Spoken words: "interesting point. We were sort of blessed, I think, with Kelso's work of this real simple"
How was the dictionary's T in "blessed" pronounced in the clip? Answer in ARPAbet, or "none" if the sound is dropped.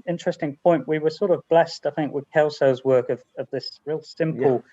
T